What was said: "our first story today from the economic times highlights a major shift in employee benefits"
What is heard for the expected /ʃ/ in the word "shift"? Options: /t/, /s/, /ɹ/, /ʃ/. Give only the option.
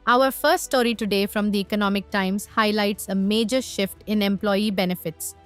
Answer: /ʃ/